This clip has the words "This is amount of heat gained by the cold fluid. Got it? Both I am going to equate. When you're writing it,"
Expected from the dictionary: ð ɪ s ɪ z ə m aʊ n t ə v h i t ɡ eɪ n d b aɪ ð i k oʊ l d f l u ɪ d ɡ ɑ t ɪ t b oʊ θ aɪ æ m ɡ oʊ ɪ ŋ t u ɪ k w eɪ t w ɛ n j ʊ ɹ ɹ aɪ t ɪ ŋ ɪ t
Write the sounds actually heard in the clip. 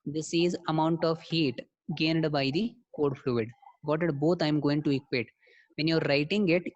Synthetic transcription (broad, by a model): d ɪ s ɪ z ə m aʊ n t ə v h i t ɡ eɪ n d b aɪ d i k oʊ d f l u ɪ d ɡ ɑ t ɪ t b oʊ t aɪ m ɡ oʊ ɪ ŋ t u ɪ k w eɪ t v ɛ n j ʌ ɹ ɹ aɪ t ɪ ŋ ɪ t